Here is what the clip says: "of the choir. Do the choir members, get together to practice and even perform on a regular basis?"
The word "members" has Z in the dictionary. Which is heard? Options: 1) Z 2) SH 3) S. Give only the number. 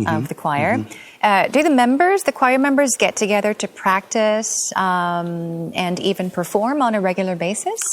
1